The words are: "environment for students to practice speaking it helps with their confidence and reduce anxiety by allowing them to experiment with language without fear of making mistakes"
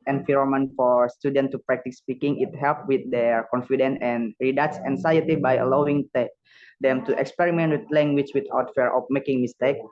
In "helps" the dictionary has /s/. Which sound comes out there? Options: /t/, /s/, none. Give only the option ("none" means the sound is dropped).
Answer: none